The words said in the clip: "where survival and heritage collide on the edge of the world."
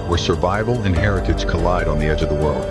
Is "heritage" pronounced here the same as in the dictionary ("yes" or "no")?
no